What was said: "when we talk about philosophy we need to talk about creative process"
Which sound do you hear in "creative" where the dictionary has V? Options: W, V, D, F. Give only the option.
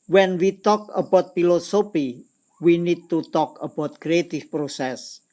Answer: F